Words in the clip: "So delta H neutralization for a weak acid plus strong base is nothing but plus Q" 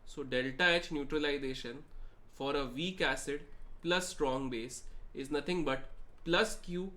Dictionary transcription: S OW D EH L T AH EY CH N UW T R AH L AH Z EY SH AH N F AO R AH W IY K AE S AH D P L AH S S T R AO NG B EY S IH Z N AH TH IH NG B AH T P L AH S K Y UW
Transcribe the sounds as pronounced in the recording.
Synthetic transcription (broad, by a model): S OW D EH L T AH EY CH N UW T R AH L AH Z EY SH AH N F AO R AH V IY K AE S AH D P L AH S S T R AO NG B EY S IH Z N AH T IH NG B AH T P L AH S K Y UW